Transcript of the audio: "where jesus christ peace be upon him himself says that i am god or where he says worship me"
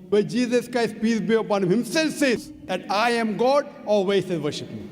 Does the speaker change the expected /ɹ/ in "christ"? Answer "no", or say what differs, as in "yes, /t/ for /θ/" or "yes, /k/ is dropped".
no